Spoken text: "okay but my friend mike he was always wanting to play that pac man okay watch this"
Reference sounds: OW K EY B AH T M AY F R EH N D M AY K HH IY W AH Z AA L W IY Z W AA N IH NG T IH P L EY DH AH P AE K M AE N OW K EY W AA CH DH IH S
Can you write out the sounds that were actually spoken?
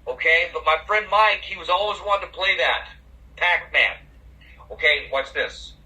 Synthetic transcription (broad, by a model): OW K EY B AH T M AY F R EH N D M AY K HH IY W AH Z AA L W IY Z W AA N T IH P L EY DH AH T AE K M AE N OW K EY W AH S DH IH S